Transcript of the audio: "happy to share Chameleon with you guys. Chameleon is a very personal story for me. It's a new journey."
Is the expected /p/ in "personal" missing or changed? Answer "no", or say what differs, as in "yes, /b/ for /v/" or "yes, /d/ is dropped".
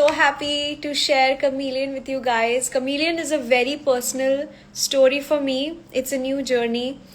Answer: no